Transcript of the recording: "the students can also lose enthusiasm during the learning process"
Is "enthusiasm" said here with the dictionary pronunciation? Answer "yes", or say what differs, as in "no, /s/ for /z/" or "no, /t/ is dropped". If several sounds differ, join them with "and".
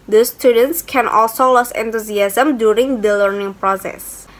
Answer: no, /t/ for /θ/